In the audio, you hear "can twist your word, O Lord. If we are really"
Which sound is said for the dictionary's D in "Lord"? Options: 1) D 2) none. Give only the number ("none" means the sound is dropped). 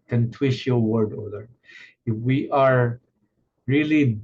2